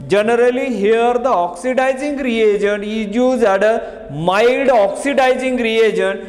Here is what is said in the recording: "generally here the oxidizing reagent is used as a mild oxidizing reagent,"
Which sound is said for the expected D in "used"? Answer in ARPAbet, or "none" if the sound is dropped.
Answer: none